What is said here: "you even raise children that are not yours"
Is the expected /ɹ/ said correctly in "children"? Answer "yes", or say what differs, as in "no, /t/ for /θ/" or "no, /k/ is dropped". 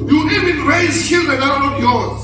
no, /ɹ/ is dropped